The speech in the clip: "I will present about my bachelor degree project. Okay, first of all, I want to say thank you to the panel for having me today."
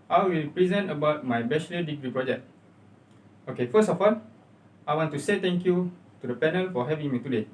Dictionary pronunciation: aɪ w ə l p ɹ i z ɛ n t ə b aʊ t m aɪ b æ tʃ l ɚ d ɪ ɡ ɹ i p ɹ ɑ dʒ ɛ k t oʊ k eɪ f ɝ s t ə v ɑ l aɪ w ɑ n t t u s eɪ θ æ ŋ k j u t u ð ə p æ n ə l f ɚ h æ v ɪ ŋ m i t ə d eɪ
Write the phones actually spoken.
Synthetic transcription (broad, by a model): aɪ w ə l p ɹ i z ɛ n t ə b aʊ t m aɪ b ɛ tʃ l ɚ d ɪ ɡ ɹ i p ɹ ɑ dʒ ɛ k t oʊ k eɪ f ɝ s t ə f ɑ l aɪ w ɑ n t t u s eɪ t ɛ ŋ k j u t u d ə p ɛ n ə l f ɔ h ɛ v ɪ ŋ m i t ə d eɪ